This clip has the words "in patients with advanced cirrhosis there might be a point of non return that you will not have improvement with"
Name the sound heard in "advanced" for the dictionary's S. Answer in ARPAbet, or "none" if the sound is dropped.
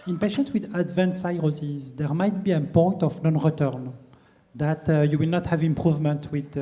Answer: none